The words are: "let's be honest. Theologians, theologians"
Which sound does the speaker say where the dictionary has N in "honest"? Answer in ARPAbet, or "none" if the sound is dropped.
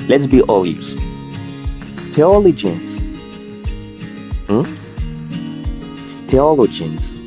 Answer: L